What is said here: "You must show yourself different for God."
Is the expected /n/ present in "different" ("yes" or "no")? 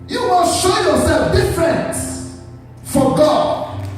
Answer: yes